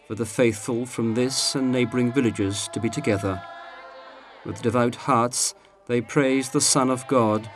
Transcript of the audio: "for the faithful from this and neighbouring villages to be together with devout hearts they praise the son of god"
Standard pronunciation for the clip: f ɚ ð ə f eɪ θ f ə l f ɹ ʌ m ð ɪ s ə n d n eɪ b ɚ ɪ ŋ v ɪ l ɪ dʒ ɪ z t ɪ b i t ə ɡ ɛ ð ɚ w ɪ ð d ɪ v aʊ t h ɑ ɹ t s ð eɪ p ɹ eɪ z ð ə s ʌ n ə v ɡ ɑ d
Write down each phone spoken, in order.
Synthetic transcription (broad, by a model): f ɚ ð ə f eɪ θ f ə l f ɹ ʌ m ð ɪ s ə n n eɪ b ɚ ɪ ŋ v ɪ l ɪ dʒ ɪ z t ɪ b i t ə ɡ ɛ ð ɚ w ɪ ð d ɪ v aʊ t h ɑ ɹ t s ð eɪ p ɹ eɪ z ð ə s ʌ n ə v ɡ ɑ d